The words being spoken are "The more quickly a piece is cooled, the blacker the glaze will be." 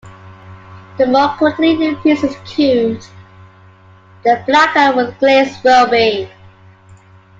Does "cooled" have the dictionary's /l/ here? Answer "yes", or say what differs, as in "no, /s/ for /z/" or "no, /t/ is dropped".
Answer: no, /l/ is dropped